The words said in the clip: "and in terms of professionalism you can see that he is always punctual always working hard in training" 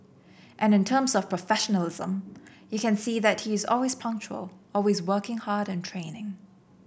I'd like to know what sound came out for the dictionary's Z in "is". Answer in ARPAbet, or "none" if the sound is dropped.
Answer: Z